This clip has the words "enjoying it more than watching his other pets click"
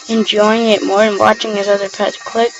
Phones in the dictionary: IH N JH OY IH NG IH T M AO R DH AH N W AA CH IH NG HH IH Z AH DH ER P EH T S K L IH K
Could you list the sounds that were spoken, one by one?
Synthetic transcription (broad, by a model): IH N JH OY IH NG IH T M AO R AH N W AA CH IH NG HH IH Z AH DH ER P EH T K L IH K